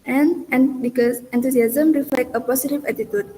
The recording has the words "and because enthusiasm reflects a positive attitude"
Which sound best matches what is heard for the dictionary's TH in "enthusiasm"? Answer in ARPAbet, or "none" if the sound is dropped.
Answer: T